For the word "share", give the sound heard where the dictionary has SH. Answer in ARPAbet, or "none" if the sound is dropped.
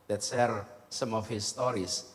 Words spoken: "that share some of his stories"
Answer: S